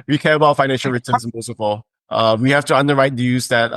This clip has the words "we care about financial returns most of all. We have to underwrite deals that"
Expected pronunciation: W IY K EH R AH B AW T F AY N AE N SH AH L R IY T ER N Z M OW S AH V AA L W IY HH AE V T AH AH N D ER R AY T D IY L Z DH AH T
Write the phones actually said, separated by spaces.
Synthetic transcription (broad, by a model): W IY K EH R AH B AW T F AY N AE N SH L R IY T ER N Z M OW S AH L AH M W IY HH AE F T AH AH N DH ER R AY T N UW Z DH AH T